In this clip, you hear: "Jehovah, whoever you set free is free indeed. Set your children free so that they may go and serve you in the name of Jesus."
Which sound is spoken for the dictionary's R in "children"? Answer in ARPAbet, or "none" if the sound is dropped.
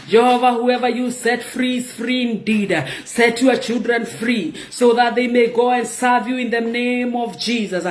R